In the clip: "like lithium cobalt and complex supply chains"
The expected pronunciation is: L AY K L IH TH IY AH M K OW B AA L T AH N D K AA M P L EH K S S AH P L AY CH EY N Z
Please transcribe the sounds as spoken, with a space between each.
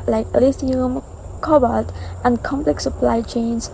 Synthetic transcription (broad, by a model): L AY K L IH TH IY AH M K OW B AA T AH N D K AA M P L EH K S S AH P L AY CH EY N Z